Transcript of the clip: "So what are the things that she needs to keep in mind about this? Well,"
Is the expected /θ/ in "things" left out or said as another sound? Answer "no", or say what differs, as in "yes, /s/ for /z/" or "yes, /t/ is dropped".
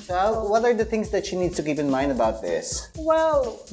no